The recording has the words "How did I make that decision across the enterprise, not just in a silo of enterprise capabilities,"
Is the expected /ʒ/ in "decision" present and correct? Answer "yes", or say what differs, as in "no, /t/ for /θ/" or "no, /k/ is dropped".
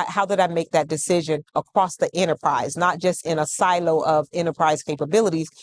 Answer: yes